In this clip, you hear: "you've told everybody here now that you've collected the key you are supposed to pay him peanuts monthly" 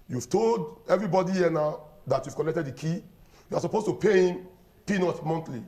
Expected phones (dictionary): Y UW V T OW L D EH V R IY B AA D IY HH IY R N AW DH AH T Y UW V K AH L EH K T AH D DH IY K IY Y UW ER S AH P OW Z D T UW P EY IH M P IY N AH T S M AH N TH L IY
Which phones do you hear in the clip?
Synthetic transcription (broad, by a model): Y UW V T OW L D EH V R IY B AA D IY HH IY N AW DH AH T Y UW V K AH L EH K T AH D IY K IY Y UW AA S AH P OW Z T UW P EY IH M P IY N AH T M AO N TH L IY